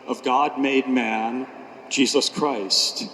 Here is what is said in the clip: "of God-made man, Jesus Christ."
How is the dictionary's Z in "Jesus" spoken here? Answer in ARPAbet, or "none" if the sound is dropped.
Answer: Z